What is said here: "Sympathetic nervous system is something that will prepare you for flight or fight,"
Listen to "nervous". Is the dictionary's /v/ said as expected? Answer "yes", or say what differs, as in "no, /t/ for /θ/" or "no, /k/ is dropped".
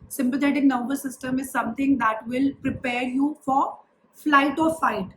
no, /b/ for /v/